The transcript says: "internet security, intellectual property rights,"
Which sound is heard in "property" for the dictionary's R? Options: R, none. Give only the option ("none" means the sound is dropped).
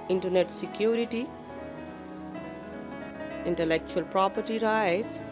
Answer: R